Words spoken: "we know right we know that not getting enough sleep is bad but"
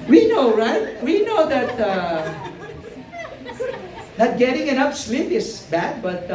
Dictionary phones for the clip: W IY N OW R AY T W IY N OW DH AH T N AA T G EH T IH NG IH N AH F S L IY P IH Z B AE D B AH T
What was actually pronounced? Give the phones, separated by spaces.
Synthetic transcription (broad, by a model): W IY N OW R AY T W IY N OW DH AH T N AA T G EH T IH NG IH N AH P S L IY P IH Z B AE D B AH T